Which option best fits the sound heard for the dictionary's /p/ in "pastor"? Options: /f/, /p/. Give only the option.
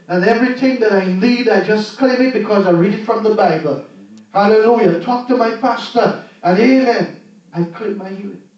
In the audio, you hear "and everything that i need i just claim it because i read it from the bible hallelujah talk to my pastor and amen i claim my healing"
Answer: /p/